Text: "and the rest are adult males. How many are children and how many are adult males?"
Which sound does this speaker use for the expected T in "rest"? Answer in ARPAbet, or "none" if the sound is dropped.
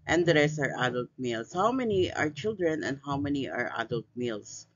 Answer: none